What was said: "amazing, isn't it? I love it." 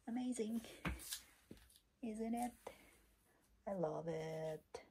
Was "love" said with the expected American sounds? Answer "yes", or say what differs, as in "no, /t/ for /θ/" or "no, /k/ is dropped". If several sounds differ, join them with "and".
yes